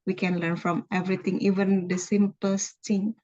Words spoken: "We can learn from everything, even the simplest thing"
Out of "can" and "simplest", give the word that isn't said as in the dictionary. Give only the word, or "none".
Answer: simplest